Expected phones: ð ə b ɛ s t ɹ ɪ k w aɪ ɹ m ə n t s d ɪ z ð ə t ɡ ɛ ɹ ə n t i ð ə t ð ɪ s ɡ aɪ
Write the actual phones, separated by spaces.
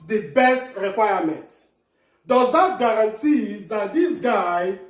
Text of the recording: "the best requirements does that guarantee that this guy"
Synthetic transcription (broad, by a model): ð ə b ɛ s t ɹ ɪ k w aɪ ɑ m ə n t d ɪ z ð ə t ɡ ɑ ɹ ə n t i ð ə t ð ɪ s ɡ aɪ